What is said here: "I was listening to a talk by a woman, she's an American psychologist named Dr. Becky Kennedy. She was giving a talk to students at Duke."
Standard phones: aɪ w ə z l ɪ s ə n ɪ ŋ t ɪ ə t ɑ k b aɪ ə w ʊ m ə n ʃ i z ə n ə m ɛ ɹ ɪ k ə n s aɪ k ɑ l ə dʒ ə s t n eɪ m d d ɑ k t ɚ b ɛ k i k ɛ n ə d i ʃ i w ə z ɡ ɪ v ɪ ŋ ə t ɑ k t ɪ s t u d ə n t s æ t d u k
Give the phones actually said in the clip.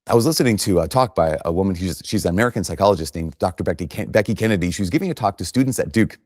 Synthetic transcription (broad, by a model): aɪ w ə z l ɪ s ə n ɪ ŋ t ɪ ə t ɑ k b aɪ ə w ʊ m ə n ʃ i z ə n ə m ɛ ɹ ɪ k ə n s aɪ k ɑ l ə dʒ ə s t n eɪ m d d ɑ k t ɚ b ɛ k i k ɛ n ə d i ʃ i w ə z ɡ ɪ v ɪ t ɑ k t ɪ s t u d n t s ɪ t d u k